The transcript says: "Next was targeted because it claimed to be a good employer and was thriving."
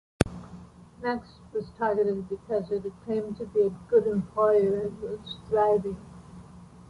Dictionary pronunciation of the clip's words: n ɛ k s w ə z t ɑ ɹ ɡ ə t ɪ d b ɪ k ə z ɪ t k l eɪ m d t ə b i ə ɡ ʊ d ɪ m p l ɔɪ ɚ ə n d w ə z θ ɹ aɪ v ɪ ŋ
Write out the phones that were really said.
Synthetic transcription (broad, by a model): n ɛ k s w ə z t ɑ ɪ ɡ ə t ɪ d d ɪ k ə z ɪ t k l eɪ m t ə b i ə ɡ ʊ d ɪ m p l ɔɪ ɚ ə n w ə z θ ɹ aɪ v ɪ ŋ